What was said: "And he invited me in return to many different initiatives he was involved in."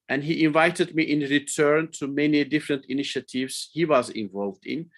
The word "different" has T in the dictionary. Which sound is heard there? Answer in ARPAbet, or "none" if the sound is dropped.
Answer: T